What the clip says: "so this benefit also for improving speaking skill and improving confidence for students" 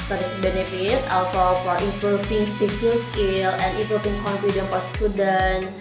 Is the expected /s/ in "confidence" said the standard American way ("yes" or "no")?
no